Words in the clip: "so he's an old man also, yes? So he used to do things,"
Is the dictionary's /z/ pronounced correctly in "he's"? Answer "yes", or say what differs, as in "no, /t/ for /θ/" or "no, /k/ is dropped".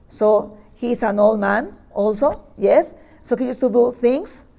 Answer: no, /s/ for /z/